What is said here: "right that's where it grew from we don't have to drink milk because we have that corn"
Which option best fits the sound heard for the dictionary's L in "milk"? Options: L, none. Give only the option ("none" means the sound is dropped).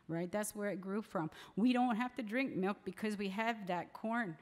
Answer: L